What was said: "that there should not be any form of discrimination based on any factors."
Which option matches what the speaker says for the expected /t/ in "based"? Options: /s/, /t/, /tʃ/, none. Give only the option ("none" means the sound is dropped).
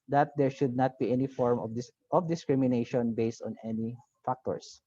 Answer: /t/